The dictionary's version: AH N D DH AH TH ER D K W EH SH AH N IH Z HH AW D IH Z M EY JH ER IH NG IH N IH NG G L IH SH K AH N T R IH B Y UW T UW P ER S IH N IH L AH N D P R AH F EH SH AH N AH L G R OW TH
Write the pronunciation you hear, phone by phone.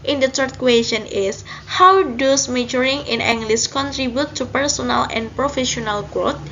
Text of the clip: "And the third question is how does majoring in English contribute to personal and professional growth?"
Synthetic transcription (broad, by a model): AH N D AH T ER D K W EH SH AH N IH S HH AW D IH S M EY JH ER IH NG IH N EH NG G L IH S K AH N T R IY B Y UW T UW P ER S IH N IH L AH N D P R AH F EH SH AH N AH L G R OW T